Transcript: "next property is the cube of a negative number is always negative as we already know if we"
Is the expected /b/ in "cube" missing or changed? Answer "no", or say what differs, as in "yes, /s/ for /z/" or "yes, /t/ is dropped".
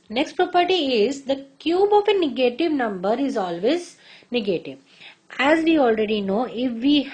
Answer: no